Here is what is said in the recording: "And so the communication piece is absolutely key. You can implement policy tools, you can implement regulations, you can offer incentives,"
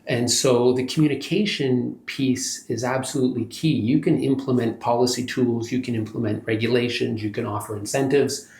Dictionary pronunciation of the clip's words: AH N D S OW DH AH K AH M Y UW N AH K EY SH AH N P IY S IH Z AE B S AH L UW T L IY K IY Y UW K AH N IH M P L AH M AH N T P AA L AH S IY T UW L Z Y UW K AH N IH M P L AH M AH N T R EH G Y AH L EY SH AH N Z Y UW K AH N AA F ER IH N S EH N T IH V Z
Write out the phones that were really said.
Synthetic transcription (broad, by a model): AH N S OW DH AH K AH M Y UW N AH K EY SH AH N P IY S IH Z AE B S AH L UW T L IY K IY Y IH K AH N IH M P L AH M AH N P AA L AH S IY T UW L Z Y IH K AH N IH M P L AH M AH N T R EH G Y AH L EY SH AH N Z Y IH K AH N AA F ER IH N S EH N T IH V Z